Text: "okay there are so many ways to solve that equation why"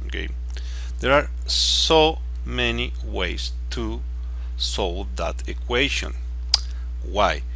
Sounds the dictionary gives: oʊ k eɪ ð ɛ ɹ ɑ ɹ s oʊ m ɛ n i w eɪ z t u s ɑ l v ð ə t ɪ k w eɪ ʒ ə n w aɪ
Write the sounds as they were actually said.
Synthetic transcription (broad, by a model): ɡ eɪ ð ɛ ɹ ɑ ɹ s oʊ m ɛ n i w eɪ s t u s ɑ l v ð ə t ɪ k w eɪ ʃ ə n w aɪ